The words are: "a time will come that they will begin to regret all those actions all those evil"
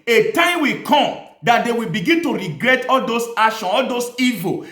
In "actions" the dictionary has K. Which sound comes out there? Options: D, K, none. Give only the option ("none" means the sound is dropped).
none